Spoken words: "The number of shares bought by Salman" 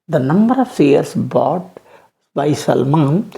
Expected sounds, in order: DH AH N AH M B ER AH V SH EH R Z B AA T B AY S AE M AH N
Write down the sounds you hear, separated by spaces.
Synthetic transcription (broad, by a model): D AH N AH M B ER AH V S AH R S B AA T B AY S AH M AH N